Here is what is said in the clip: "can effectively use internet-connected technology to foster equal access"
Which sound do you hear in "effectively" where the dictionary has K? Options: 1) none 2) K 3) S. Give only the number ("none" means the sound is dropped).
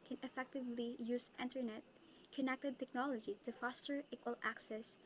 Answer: 2